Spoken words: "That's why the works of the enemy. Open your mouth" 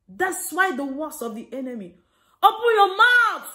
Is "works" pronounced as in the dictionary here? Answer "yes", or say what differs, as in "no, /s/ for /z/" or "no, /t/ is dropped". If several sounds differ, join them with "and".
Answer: no, /k/ is dropped